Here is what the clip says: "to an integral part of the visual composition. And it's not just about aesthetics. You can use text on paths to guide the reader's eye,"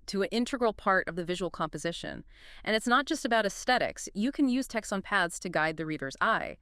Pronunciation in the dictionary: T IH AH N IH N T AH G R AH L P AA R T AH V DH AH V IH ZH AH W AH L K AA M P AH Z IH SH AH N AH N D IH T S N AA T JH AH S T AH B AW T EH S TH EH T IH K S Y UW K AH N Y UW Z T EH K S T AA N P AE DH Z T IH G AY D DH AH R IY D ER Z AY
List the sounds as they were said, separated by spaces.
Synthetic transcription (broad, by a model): T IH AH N IH N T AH G R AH L P AA R T AH V DH AH V IH ZH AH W L K AA M P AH Z IH SH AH N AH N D IH T S N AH T JH AH S T AH B AW T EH S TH EH T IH K S Y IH K AH N Y UW Z T EH K S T N P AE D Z T IH G AY D DH AH R IY D ER Z AY